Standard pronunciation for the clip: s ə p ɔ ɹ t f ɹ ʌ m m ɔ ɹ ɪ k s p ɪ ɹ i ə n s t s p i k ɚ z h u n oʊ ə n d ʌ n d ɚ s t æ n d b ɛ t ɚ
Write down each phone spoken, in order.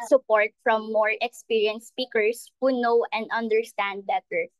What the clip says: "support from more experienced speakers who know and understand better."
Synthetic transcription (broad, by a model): s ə p ɔ ɹ t f ɹ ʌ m m ɔ ɹ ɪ k s p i ɹ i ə n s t s p i k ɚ s h u n oʊ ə n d ʌ n d ɚ s t æ n d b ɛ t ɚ